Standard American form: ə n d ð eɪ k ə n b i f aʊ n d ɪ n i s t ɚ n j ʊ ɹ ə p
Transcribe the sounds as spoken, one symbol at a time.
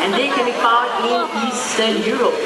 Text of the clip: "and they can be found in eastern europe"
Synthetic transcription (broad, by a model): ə n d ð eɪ k ə n b i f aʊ d ɪ n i s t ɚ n j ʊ ɹ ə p